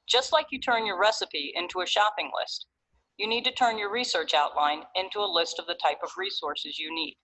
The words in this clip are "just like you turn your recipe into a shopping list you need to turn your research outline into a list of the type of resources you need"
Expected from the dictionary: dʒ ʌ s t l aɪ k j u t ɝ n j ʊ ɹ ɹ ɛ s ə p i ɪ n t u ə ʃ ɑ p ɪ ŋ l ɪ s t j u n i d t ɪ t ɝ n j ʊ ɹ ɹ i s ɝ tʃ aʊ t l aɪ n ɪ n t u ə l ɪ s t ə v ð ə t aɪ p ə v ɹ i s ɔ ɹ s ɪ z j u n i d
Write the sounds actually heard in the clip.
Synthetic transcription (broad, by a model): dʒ ʌ s t l aɪ k j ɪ t ɝ n j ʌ ɹ ɹ ɛ s ə p i ɪ n t u ə ʃ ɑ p ɪ ŋ l ɪ s t j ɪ n i d t ɪ t ɝ n j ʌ ɹ ɹ i s ɝ tʃ aʊ t l aɪ n ɪ n t u ə l ɪ s t ə v ð ə t aɪ p ə v ɹ i s ɔ ɹ s ɪ z j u n i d